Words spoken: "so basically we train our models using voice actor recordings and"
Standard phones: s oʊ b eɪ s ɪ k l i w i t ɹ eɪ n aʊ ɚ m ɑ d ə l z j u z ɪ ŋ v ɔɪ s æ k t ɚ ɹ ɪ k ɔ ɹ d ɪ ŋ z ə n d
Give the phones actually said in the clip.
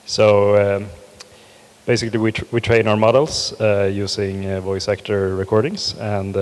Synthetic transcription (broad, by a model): s oʊ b eɪ s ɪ k l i w i t ɹ eɪ n aʊ ɚ m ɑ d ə l s j u s ɪ ŋ v ɔɪ s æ k t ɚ ɹ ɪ k ɔ ɹ d ɪ ŋ s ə n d